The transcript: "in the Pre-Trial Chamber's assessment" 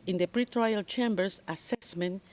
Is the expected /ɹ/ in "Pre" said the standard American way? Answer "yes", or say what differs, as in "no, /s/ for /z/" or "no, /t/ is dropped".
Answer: yes